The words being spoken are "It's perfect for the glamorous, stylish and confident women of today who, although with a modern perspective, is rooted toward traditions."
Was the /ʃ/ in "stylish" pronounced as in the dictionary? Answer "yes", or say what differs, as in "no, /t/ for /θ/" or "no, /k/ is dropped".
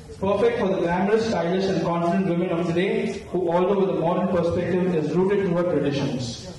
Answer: no, /s/ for /ʃ/